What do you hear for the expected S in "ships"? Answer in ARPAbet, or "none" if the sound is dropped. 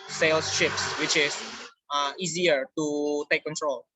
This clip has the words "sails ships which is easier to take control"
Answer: S